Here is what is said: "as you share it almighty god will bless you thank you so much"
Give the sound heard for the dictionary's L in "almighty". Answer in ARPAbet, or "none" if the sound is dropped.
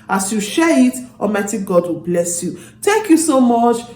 none